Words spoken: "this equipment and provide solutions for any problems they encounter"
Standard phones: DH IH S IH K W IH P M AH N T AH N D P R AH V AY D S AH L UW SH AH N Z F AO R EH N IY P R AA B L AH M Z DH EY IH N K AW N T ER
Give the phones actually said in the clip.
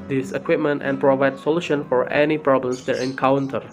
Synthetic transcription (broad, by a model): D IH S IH K W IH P M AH N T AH N P R AH V AY D S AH L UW SH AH N F AO R EH N IY P R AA B L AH M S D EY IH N K AW N T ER